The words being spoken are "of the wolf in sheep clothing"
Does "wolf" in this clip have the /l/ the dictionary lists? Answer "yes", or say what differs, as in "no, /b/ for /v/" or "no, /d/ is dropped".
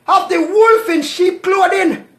yes